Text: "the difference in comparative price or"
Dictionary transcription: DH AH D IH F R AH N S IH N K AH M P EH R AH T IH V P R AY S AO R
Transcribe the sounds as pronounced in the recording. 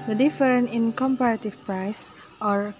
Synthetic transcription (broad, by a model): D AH D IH F R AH N IH N K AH M P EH R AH T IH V P R AY S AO R